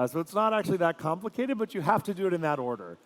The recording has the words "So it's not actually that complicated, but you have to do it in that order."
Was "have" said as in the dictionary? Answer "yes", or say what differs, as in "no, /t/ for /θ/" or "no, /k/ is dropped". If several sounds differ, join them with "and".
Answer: no, /f/ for /v/